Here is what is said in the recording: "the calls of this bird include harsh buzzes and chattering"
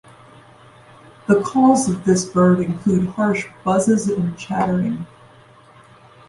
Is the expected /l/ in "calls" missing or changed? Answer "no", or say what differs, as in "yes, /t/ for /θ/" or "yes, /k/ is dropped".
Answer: yes, /l/ is dropped